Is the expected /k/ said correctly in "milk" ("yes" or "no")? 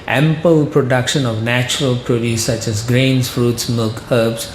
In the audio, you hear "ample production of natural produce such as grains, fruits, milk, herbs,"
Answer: yes